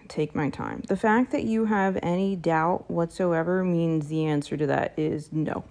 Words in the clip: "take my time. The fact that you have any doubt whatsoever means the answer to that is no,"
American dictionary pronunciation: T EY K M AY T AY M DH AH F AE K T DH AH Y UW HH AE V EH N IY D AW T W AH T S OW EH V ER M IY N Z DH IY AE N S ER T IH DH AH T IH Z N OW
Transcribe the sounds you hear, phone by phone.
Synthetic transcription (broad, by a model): T EY K M AY T AY M DH AH F AE K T DH AH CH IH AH V EH N IY D AW T W AH T S OW EH V ER M IY N Z DH IY AE N S ER T IH DH AH T IH Z N OW